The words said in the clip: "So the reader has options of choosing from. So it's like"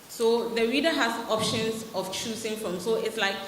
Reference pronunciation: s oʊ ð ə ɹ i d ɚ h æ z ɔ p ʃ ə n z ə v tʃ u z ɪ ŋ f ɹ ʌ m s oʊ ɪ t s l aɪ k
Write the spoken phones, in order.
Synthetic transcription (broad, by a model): s oʊ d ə ɹ i d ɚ h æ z ɔ p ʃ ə n s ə f tʃ u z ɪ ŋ f ɹ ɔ m s oʊ ɪ t s l aɪ k